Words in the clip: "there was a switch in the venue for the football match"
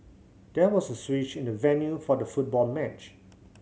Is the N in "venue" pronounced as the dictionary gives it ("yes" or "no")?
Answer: yes